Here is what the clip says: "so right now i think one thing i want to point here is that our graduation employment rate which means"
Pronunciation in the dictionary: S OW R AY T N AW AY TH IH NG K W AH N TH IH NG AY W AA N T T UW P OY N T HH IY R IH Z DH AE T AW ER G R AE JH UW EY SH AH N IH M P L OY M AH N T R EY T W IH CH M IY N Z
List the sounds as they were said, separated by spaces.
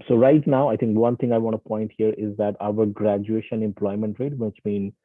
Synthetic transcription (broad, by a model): S OW R AY T N AW AY T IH NG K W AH N T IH NG AY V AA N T T UW P OY N T HH IY R IH Z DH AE T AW ER G R AE JH UW EY SH AH N IH M P L OY M AH N T R EY T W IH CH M IY N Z